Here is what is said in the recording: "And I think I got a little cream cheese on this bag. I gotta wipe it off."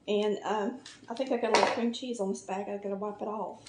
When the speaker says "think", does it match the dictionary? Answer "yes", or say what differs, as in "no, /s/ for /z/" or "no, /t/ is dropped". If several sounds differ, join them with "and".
yes